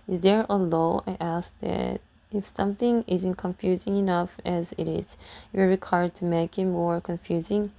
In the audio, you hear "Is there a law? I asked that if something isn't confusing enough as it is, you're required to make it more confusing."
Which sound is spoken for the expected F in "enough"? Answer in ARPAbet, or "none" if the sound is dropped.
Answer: F